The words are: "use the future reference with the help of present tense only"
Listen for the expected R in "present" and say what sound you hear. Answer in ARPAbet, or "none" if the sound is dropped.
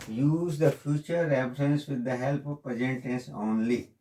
none